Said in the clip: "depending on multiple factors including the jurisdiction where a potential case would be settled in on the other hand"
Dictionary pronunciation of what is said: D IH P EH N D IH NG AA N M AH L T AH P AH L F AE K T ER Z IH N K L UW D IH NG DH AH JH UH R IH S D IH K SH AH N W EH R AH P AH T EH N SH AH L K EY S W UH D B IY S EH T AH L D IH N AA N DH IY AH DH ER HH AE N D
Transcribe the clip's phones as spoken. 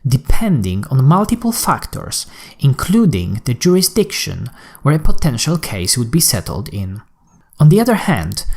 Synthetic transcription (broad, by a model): D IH P EH N D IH NG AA N M AH L T AH P AH L F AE K T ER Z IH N K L UW D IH NG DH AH JH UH R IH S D IH K SH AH N W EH R AH P AH T EH N SH AH L K EY S W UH D B IY S EH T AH L D IH N AA N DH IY AH DH ER HH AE N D